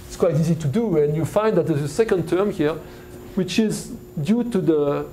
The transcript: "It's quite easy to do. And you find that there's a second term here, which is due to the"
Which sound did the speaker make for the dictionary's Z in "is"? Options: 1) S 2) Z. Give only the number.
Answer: 2